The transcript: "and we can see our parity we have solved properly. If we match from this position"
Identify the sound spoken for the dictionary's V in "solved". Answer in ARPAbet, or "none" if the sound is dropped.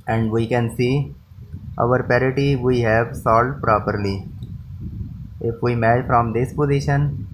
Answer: none